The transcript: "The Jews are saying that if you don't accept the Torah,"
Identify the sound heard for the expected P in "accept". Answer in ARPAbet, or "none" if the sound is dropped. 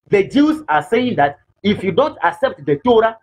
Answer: P